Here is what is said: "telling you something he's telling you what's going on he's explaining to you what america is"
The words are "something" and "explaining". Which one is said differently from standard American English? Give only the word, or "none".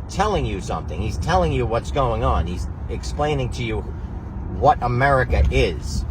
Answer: none